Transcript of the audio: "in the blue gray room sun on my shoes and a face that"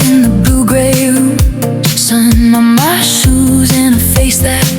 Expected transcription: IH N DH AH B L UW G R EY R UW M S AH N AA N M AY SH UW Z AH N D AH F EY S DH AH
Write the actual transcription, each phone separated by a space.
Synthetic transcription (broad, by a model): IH N DH AH B L UW G R EY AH S AH N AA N M AY SH UW Z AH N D AH F EY S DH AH